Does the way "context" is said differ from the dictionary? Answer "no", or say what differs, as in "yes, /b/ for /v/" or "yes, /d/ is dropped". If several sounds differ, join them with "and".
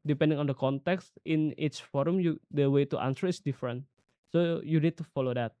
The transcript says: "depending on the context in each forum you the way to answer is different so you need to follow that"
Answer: no